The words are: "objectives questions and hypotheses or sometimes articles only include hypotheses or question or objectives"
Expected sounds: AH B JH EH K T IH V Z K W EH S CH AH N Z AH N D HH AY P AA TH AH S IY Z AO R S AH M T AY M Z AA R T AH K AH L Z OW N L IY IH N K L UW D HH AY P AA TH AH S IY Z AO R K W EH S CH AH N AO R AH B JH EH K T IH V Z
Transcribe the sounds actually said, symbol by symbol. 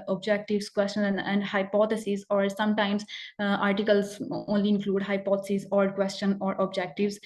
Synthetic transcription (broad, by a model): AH B JH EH K T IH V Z K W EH S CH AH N AH N D HH AY P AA T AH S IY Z AO R S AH M T AY M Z AA R T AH K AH L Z OW N L IY IH N K L UW D HH AY P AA T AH S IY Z AO R K W EH S CH AH N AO R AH B JH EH K T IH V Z